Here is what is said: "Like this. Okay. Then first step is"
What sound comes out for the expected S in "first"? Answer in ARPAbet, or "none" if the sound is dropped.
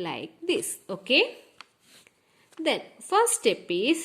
none